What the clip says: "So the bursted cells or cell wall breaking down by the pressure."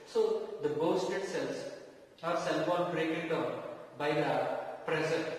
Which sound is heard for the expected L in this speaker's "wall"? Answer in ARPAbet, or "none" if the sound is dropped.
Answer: N